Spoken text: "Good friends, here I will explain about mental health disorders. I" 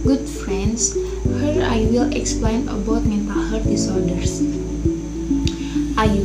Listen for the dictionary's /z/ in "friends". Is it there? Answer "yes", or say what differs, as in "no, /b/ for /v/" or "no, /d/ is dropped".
no, /s/ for /z/